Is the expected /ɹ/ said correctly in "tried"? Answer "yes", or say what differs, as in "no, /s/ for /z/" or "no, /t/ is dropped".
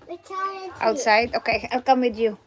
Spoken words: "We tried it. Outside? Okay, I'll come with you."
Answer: no, /ɹ/ is dropped